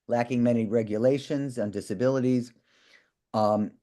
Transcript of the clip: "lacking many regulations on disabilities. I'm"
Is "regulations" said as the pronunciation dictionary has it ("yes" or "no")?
yes